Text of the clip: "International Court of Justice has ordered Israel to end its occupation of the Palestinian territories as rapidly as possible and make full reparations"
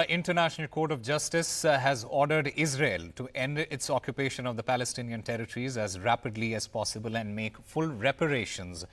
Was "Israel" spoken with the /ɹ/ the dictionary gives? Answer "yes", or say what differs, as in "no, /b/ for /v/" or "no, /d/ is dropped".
yes